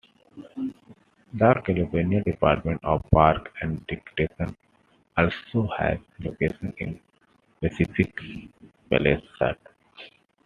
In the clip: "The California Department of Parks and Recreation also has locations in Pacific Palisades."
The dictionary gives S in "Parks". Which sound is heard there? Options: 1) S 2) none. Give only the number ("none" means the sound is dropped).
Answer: 2